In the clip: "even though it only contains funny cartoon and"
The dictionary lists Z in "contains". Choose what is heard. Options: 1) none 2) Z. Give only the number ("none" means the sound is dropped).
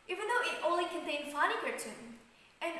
1